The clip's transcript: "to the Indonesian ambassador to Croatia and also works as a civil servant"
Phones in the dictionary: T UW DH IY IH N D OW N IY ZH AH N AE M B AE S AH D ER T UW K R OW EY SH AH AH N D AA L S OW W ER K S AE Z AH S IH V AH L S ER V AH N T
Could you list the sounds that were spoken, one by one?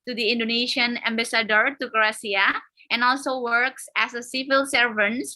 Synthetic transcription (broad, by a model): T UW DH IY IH N D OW N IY SH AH N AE M B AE S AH D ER T UW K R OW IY AH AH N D AA L S OW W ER K S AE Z AH S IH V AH L S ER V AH N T